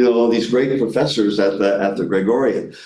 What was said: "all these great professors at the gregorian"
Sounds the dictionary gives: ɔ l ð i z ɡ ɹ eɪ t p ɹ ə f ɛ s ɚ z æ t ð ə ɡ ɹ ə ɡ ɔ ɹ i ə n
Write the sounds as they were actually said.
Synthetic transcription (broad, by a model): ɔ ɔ ð i z ɡ ɹ eɪ t p ɹ ə f ɛ s ɚ z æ t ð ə ɡ ɹ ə ɡ ɔ ɹ i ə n